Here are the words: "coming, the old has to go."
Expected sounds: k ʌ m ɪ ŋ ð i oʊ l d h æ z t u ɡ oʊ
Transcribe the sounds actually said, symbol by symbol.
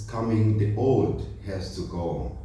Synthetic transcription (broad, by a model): k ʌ m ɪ ŋ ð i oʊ d h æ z t u ɡ oʊ